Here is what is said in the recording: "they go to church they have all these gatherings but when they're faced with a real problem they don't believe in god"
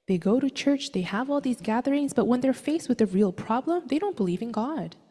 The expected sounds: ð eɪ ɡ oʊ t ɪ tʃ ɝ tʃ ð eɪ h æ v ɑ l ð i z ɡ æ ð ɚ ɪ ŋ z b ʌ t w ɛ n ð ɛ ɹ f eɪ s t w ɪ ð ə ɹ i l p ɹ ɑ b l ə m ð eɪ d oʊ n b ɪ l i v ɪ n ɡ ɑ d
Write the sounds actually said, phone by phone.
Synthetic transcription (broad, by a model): ð eɪ ɡ oʊ t ɪ tʃ ɝ tʃ ð eɪ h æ v ɑ l ð i z ɡ æ ð ɚ ɪ ŋ z b ʌ t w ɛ n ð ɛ ɹ f eɪ s w ɪ ð ə ɹ i l p ɹ ɑ b l ə m ð eɪ d oʊ n b ɪ l i v ɪ n ɡ ɑ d